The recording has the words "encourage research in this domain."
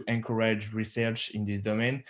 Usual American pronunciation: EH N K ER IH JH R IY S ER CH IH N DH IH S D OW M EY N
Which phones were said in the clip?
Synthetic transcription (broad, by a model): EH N K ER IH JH R IY S ER CH IH N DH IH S D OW M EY N